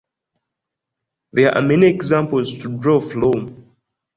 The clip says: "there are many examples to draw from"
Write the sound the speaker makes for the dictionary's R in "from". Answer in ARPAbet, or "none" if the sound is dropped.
L